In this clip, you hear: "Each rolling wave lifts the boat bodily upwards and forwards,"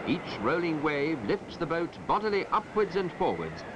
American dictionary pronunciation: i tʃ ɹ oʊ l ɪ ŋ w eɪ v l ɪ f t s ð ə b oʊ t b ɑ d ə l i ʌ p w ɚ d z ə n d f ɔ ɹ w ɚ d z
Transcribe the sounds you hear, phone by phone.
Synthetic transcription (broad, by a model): i tʃ ɹ oʊ l ɪ ŋ w eɪ v l ɪ f t s ð ə b oʊ t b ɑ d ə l i ʌ p w ɚ d z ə n f ɔ ɹ w ɚ d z